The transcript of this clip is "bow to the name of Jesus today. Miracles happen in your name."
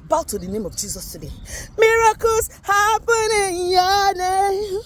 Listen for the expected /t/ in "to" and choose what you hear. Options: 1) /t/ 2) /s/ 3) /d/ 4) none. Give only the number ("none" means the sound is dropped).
1